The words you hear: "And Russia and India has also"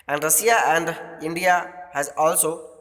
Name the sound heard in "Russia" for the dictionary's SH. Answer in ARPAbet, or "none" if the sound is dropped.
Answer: S